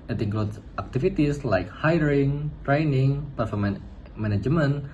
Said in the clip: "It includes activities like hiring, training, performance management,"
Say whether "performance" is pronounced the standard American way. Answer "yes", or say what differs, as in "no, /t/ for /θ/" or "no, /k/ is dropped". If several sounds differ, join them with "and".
no, /s/ is dropped